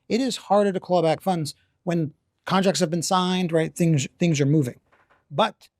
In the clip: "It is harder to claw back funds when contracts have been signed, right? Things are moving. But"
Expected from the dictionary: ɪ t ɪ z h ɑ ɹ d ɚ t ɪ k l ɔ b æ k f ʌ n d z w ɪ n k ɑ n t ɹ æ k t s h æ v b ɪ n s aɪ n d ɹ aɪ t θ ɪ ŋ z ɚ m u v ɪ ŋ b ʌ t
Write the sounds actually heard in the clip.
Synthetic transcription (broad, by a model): ɪ t ɪ z h ɑ ɹ d ɚ t ɪ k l b æ k f ʌ n d z w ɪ n k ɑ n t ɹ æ k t s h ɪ v b ɪ n s aɪ n d ɹ aɪ t θ ɪ ŋ z ɚ m u v ɪ ŋ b ʌ t